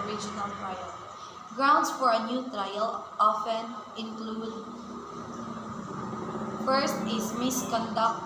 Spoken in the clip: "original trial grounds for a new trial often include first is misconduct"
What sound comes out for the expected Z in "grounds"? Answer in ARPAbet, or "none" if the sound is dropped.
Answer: S